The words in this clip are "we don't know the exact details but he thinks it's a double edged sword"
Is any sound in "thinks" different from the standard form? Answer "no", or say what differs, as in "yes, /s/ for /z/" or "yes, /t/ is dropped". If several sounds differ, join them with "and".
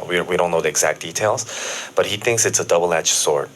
no